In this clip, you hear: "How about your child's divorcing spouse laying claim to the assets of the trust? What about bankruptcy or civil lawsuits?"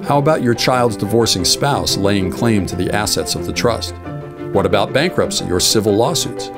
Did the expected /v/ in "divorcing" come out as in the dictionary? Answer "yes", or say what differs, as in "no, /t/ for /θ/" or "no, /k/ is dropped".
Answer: yes